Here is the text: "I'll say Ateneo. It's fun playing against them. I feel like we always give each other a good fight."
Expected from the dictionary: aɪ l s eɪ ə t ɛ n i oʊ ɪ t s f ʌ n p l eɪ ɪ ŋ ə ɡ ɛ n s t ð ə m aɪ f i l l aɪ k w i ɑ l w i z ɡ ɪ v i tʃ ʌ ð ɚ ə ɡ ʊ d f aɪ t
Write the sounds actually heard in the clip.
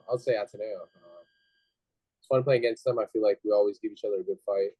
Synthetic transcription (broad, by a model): aɪ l s eɪ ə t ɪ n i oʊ ɪ t s f ʌ n p l eɪ ɪ ŋ ə ɡ ɛ n s t ð ə m aɪ f i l l aɪ k w i ɑ l w i z ɡ ɪ v i tʃ ʌ ð ɚ ə ɡ ʊ d f aɪ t